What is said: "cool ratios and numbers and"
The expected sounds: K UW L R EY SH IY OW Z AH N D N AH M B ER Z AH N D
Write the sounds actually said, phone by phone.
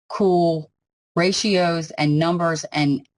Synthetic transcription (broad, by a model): K UW L R EY SH IY OW Z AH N N AH M B ER Z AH N